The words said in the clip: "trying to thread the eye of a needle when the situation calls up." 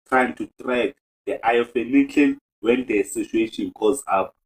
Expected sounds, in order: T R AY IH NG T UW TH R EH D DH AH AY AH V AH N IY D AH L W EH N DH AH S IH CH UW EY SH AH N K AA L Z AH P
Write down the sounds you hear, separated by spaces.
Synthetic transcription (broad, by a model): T R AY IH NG T UW T R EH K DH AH AY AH F AH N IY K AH N W EH N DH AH S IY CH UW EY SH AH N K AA Z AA P